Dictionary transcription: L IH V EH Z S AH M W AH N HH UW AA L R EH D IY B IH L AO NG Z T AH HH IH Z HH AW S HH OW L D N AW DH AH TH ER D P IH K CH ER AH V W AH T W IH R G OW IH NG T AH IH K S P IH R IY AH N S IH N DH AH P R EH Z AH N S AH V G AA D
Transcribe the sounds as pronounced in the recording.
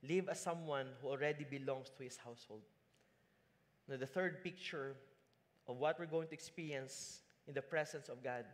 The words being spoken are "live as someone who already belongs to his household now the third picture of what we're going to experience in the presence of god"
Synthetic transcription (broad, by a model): L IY V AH S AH M W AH N HH UW AA L R EH D IY B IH L AO NG S T AH HH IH S HH AW S HH OW L D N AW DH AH TH ER D P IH K CH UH AH V W AH T W IH R G OW IH NG T AH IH K S P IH R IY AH N S IH N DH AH P R EH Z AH N S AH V G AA D